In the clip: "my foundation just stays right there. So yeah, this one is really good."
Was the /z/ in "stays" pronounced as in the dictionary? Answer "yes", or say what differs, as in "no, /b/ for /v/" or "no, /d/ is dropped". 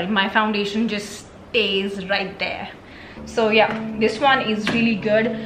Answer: yes